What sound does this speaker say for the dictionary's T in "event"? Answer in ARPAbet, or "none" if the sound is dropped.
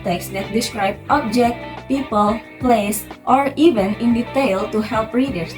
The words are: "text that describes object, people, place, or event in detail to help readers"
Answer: none